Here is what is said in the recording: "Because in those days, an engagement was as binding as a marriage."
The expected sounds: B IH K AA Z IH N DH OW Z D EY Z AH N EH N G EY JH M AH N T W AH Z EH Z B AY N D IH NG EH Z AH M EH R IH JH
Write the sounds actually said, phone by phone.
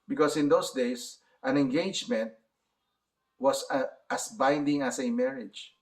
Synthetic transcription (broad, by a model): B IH K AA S IH N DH OW S D EY S AH N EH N G EY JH M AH N T W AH S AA S B AY N D IH NG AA S AH M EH R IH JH